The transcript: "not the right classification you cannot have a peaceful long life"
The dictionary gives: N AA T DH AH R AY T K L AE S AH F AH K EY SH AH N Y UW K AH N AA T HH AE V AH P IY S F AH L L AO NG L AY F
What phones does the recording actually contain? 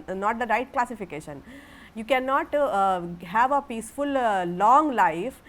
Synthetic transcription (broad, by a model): N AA T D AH R AY T K L AE S AH F AH K EY SH AH N Y UW K AH N AA T HH AE V AH P IY S F AH L L AO NG L AY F